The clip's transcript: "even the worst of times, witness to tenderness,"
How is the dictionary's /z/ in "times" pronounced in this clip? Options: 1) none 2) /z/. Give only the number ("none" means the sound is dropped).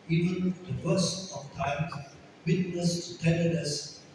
1